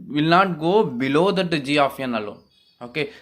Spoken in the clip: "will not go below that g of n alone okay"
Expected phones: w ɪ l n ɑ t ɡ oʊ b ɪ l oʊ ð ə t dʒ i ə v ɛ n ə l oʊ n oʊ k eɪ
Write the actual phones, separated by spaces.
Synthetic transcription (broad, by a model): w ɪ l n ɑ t ɡ oʊ b ɪ l oʊ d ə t dʒ i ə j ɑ n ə l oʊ oʊ k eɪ